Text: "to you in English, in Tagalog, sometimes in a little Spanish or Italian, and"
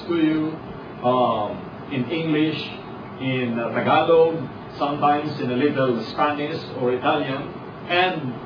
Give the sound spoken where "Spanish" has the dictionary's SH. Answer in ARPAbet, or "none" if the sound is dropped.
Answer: S